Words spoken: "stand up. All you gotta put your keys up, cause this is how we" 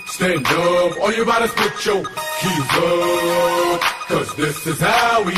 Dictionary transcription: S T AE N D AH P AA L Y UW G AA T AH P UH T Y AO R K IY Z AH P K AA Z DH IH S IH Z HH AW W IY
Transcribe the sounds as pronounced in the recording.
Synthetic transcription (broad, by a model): S T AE N D AH P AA Y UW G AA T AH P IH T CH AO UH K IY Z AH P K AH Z DH IH S IH Z HH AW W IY